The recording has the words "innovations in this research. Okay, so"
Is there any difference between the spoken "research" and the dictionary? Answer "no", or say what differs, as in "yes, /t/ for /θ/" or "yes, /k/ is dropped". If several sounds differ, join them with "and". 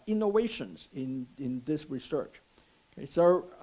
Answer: no